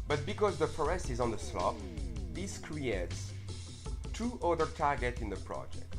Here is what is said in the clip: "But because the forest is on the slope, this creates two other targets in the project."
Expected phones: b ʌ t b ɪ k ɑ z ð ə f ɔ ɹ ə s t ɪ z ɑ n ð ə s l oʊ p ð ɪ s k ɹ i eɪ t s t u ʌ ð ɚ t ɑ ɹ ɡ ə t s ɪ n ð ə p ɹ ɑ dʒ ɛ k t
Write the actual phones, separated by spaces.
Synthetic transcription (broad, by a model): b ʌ t b ɪ k ɑ z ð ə f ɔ ɹ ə s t ɪ z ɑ n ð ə s l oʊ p ð ɪ s k ɹ i eɪ t s t u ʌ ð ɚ t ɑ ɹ ɡ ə t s ɪ n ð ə p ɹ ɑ dʒ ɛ k t